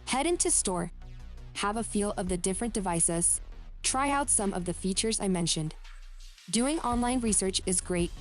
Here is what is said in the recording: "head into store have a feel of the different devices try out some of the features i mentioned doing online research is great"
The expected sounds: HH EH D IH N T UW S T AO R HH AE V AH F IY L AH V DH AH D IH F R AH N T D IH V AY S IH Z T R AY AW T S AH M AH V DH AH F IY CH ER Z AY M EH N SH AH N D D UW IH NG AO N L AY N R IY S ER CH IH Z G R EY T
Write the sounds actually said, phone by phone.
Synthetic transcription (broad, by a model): HH EH D IH N T UW S T AO R HH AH V AH F IY L AH V DH AH D IH F R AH N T D IH V AY S IH Z T R AY AW T S AH M AH V DH AH F IY CH ER Z AY M EH N SH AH N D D UW IH NG AO N L AY N R IY S ER CH IH Z G R EY T